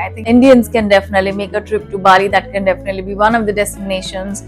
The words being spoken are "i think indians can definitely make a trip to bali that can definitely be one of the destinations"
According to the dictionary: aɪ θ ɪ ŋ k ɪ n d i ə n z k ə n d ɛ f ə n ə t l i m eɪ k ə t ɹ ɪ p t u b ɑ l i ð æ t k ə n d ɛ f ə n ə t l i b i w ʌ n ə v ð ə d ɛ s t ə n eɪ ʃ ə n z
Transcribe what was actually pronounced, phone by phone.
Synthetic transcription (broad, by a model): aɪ t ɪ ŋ ɪ n d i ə n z k ə n d ɛ f ə n ə t l i m eɪ k ə t ɹ ɪ p t u b ɑ l i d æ t k ə n d ɛ f ə n ə t l i b i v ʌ n ə v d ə d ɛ s t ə n eɪ ʃ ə n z